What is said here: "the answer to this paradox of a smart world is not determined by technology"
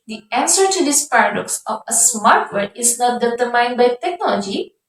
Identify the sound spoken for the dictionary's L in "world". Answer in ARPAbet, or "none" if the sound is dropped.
none